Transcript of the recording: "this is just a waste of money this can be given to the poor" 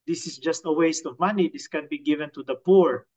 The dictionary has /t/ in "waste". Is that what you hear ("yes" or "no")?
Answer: yes